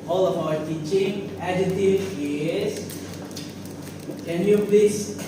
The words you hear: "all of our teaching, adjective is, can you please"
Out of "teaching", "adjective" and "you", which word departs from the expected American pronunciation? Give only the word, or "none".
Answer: adjective